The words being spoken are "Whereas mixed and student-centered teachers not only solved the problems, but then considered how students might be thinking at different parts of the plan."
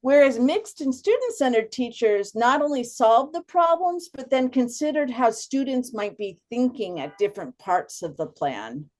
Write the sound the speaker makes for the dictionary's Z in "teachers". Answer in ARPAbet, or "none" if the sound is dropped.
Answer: Z